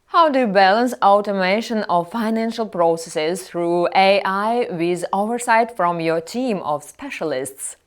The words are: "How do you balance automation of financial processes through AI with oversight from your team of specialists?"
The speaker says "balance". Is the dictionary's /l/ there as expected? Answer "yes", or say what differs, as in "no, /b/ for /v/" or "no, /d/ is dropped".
yes